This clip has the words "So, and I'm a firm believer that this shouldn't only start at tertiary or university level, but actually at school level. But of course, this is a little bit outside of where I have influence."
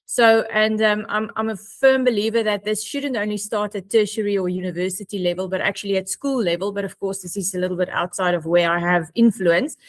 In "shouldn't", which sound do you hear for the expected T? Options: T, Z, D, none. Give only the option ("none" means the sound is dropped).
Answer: T